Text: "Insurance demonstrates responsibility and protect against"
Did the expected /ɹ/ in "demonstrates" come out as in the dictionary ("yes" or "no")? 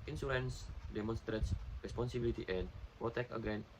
yes